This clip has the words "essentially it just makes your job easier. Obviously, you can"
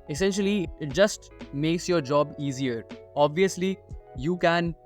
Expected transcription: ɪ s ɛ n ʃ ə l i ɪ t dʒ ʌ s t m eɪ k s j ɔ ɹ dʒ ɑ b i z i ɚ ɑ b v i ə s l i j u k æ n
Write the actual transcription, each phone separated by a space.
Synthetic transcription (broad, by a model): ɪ s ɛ n ʃ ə l i ɪ t dʒ ʌ s t m eɪ k s j ɔ ɹ dʒ ɑ b i z i ɚ ɑ b v i ə s l i j u k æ n